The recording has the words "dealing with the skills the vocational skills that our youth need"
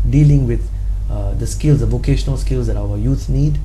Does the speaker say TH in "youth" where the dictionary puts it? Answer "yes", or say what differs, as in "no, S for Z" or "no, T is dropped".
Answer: no, S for TH